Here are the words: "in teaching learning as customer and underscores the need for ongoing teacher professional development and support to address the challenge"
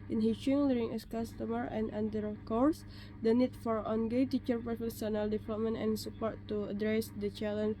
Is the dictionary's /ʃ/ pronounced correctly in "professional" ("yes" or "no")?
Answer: no